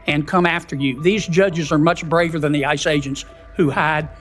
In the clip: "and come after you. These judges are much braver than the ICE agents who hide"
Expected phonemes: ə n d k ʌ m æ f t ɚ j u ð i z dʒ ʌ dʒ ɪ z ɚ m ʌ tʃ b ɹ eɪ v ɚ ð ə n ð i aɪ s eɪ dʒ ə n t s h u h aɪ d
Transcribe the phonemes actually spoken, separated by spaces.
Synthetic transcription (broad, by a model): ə n k ʌ m æ f t ɚ j u ð i z dʒ ʌ dʒ ɪ z ɚ m ʌ tʃ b ɹ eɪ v ɚ ð ə n ð i aɪ s eɪ dʒ ə n t s h u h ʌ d